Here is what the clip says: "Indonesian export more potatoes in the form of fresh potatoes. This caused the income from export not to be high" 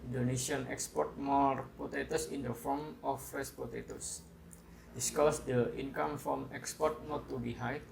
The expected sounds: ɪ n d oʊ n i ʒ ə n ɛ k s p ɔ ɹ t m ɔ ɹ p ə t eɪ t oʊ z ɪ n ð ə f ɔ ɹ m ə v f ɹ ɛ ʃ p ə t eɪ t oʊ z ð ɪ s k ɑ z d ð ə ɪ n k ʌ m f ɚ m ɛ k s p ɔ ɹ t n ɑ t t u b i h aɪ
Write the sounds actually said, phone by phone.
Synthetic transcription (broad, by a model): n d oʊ n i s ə n ɛ k s p ɔ ɹ t m ɔ ɹ p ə t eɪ t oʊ s ɪ n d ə f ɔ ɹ m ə f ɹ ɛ s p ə t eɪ t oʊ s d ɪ s k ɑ s d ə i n k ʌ m f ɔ m ɛ k s p ɔ ɹ t n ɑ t t u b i h aɪ